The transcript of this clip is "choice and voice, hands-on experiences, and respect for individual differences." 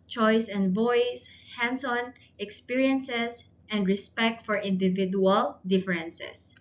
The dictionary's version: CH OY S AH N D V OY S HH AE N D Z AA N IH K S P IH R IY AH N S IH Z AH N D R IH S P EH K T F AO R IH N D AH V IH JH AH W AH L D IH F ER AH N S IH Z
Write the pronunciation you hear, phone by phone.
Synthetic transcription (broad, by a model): CH OY S AH N D V OY S HH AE N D S AA N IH K S P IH R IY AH N S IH S AH N D R IH S P EH K T F AO R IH N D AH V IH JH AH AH L D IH F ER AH N S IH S